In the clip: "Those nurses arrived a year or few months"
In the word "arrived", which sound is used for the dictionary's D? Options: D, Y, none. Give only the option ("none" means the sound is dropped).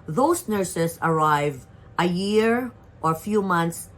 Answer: none